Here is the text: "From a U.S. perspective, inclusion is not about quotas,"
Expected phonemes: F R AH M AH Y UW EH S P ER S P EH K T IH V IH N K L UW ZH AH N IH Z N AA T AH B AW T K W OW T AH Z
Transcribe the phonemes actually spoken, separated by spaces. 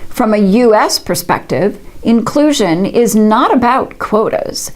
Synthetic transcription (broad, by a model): F R AH M AH Y UW EH S P ER S P EH K T IH V IH N K L UW ZH AH N IH Z N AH T AH B AW T K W OW T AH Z